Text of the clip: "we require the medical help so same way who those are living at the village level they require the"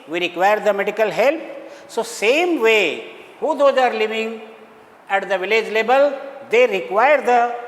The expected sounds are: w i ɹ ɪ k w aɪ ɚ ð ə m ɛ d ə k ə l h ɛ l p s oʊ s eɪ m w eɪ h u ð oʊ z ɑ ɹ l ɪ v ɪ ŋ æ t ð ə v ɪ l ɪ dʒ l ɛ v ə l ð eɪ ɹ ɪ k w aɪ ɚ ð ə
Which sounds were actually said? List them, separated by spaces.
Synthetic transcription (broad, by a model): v i ɹ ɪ k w aɪ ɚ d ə m ɛ d ə k ə l h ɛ l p s oʊ s eɪ m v eɪ h u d oʊ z ɑ ɹ l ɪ v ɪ ŋ æ t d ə v ɪ l ɪ dʒ l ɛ b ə l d eɪ ɹ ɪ k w aɪ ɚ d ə